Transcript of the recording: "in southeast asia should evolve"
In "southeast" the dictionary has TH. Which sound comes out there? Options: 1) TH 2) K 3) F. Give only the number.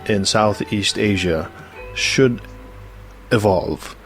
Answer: 1